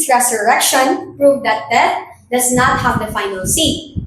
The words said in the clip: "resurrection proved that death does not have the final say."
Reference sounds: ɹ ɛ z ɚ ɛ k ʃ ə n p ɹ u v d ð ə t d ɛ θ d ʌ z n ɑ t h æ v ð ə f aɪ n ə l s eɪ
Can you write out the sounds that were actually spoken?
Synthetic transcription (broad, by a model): ɹ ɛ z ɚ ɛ k ʃ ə n p ɹ u v d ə t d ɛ t d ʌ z n ɑ t h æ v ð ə f aɪ n ə l s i